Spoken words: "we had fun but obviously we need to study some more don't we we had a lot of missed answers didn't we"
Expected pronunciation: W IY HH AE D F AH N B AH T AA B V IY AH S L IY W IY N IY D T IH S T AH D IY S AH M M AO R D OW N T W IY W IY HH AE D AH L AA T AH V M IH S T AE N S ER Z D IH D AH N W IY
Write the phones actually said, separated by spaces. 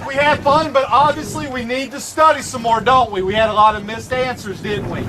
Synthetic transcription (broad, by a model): W IY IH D F AH N B AH T AA B V IY AH S L IY W IY N IY D T IH S T AH D IY S AH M M AO R D OW N T W IY W IY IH D AH L AA T AH V M IH S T AE N S ER Z D IH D N W IY